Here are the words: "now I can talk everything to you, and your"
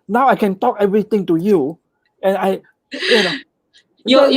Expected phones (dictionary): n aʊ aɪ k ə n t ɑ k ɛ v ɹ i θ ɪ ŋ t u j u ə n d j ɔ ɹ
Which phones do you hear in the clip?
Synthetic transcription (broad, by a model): n aʊ aɪ k ə n t ɑ k ɛ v ɹ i t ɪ ŋ t u j u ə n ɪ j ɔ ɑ